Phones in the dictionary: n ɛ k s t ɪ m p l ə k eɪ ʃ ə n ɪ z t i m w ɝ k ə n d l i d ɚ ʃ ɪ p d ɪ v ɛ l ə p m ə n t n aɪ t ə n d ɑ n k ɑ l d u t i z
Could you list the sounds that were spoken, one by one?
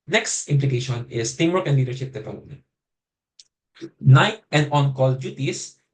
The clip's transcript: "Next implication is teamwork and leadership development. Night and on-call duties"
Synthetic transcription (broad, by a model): n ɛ k s t ɪ m p l ə k eɪ ʃ ə n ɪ s t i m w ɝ k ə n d l i d ɚ ʃ ɪ p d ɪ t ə m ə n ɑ n aɪ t ə n d ɑ n k ɑ l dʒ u t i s